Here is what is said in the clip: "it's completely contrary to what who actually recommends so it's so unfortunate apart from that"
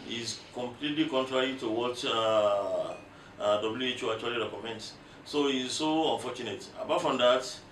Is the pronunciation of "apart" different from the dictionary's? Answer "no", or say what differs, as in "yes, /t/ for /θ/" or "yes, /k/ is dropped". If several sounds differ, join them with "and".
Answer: yes, /b/ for /p/